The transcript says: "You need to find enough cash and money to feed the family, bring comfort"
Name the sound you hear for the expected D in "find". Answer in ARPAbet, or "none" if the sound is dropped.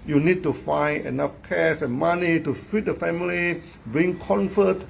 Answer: none